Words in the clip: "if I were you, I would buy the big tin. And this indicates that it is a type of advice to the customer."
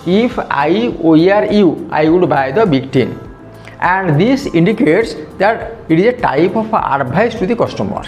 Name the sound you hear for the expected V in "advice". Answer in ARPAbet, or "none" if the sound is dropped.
B